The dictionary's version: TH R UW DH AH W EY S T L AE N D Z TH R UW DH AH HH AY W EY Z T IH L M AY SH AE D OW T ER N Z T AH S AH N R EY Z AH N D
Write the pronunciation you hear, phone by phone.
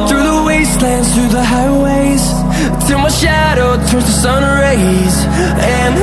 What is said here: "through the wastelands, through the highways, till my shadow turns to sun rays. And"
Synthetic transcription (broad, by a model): TH R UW DH AH W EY S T L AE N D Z TH R UW DH AH HH AY W EY Z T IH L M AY SH AE D OW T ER Z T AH S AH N R EY Z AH N